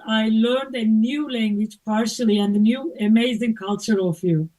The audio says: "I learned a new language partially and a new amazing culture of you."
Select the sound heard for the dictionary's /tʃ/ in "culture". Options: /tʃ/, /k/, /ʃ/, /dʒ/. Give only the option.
/tʃ/